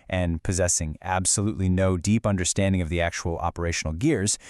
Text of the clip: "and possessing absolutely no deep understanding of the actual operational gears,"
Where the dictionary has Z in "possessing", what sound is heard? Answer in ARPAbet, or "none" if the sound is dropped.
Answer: Z